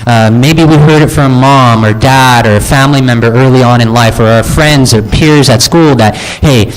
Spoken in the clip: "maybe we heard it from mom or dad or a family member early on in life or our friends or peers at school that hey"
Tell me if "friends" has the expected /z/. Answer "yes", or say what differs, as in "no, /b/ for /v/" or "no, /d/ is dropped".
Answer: yes